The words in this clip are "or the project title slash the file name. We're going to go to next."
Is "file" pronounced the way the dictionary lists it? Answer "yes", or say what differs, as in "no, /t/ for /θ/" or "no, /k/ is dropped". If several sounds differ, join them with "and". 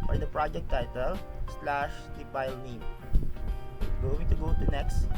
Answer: no, /p/ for /f/